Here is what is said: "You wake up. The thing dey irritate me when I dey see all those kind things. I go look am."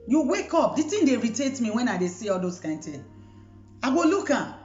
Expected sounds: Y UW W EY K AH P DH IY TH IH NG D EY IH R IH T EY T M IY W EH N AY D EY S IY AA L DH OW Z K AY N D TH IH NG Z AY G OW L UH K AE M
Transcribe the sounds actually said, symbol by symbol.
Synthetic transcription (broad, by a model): Y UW W EY K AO P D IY T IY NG D EY R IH T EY T M IY W EH N AY D EY S IY AA L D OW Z K AY N D T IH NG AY G OW L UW K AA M